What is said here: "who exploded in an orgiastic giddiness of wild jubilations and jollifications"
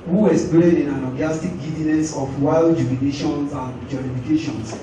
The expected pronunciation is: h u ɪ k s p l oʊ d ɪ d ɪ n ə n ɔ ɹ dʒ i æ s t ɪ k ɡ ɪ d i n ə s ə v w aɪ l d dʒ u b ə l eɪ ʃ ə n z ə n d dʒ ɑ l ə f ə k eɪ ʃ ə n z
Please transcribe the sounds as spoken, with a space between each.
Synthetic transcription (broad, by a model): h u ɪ s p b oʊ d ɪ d ɪ n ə l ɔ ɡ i s t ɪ k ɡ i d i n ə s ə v w aɪ l d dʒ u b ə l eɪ ʃ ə n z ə n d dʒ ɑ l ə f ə k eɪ ʃ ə n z